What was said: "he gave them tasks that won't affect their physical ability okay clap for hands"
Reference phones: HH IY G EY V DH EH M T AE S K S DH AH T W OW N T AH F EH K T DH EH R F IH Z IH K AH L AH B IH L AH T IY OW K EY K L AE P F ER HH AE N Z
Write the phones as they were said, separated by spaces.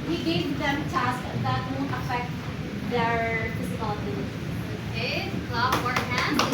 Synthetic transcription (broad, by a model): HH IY G EY V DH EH M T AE S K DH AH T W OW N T AH F EH K T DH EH R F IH S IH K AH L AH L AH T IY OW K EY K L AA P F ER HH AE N